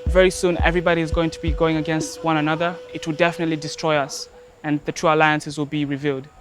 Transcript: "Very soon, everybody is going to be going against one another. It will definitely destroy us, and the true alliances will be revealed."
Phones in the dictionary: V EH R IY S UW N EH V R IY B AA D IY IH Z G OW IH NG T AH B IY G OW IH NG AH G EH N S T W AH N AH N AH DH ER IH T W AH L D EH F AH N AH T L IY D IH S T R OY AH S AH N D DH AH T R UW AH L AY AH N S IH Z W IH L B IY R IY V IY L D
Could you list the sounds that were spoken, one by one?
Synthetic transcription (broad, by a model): V EH R IY S UW N EH V R IY B AA D IY IH Z G OW IH NG T AH B IY G OW IH NG AH G EH N S T W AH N AH N AH DH ER IH T W AH L D EH F AH N AH T L IY D IH S T R OY AH S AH N DH AH T R UW AH L AY AH N S IH Z W IH L B IY R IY V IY L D